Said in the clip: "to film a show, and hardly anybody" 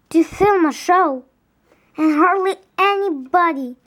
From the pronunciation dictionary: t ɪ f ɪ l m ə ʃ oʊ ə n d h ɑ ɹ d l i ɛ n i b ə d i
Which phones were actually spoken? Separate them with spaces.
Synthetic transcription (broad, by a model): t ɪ f ɪ l m ə ʃ oʊ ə n h ɑ ɹ d l i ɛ n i b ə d i